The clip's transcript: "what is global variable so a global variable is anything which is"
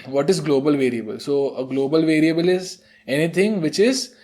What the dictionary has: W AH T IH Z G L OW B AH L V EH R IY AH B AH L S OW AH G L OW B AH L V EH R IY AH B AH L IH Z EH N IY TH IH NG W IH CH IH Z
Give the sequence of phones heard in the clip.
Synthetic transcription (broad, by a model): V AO T IH Z G L OW B AH L V EH R IY AH B AH L S OW AH G L OW B AH L V EH R IY AH B AH L IH Z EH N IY T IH NG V IH CH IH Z